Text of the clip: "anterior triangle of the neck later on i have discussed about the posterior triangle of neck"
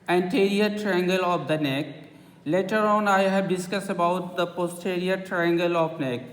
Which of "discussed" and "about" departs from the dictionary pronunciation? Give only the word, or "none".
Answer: discussed